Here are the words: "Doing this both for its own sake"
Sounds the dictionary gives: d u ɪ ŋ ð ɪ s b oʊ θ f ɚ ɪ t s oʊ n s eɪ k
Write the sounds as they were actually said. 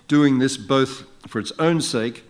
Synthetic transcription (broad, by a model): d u ɪ ŋ ð ɪ s b oʊ θ f ɚ ɪ t s oʊ n s eɪ k